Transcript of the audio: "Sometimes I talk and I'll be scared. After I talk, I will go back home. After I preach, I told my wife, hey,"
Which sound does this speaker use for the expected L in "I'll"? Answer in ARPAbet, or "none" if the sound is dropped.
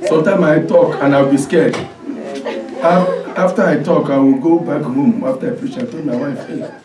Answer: W